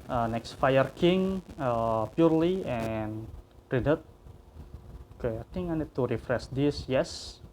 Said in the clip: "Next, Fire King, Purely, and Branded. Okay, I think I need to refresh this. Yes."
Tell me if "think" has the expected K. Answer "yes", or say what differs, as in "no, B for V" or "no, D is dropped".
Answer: no, K is dropped